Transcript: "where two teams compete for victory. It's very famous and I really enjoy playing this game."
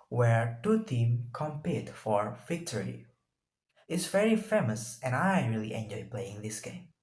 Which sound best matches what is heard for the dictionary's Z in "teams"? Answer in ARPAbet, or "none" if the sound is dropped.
none